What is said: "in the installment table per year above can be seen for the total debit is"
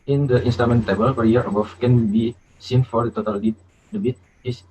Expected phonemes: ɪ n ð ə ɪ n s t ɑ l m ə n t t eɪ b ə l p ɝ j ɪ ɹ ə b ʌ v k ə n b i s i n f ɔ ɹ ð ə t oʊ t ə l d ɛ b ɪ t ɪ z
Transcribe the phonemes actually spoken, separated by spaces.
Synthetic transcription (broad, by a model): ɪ n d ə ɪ n s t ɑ m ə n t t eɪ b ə l p ɝ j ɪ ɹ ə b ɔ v k ə n b i s i n f ɔ ɹ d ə t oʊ t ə l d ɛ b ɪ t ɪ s